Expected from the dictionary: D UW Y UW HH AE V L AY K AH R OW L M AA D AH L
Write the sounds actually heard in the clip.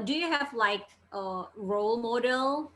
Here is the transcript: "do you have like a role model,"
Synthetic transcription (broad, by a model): D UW Y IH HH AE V L AY K AH R OW L M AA D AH L